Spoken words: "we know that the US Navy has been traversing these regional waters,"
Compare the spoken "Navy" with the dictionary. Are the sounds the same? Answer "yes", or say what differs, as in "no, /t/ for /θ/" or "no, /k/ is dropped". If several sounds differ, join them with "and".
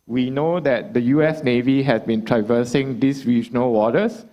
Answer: yes